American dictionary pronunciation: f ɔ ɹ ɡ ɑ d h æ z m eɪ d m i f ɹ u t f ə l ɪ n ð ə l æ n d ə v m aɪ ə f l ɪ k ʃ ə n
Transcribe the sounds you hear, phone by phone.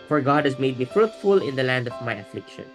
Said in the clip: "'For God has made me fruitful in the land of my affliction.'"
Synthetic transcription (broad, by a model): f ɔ ɹ ɡ ɑ d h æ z m eɪ d m i f ɹ u t f ə l ɪ n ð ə l æ n d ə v m aɪ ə f l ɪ k ʃ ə n